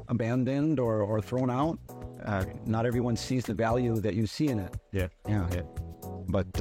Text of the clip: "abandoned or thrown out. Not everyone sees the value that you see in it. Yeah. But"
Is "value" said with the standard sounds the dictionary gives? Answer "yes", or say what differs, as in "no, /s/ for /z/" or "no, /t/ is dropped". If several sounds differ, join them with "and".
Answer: yes